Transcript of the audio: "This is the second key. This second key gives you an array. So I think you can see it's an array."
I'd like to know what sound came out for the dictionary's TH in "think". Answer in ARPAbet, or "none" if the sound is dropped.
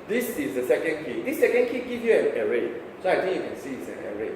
T